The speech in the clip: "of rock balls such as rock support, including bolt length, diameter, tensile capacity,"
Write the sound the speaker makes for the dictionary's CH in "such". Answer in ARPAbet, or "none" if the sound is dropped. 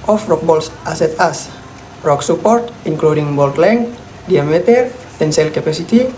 S